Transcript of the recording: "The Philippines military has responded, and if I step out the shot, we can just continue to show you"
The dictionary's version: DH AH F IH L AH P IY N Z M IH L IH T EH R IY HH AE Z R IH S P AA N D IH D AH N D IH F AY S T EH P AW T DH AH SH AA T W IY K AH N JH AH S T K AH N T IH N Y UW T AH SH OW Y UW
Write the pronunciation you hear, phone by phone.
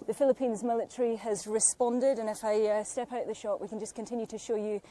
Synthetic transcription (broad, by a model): DH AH F IH L AH P IY N Z M IH L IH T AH R IY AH Z R IH S P AA N D IH D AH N IH F AY S T EH P AW T DH AH SH AA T W IY K AH N JH AH S K AH N T IH N Y UW T AH SH OW Y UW